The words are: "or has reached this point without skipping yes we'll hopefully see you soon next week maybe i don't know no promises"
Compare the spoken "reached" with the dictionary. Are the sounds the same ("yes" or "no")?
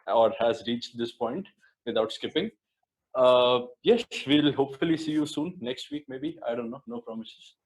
yes